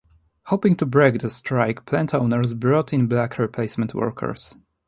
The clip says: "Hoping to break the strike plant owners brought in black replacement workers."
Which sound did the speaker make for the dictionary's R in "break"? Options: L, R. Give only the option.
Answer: R